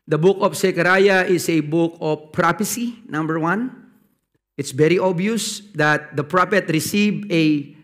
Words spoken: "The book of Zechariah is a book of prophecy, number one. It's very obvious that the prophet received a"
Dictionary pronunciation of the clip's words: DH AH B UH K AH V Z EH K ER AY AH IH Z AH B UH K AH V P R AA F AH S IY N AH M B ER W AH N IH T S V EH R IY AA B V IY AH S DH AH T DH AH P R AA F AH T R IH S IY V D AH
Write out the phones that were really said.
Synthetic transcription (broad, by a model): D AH B UH K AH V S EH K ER AY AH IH S AH B UH K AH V P R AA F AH S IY N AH M B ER W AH N IH T S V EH R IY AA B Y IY S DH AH T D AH P R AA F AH T R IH S IY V AH